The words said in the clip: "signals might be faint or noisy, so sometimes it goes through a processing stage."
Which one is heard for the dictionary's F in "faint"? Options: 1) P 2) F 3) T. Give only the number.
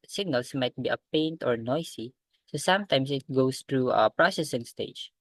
1